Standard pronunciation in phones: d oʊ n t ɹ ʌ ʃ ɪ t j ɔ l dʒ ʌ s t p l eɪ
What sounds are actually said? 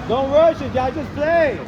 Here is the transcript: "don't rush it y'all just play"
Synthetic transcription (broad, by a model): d oʊ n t w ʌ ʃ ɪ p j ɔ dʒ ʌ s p l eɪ